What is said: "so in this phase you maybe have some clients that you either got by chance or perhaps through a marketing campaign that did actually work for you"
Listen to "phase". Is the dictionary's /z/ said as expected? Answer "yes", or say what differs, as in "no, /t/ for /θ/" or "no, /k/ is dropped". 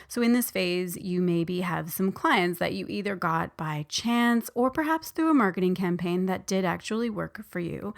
yes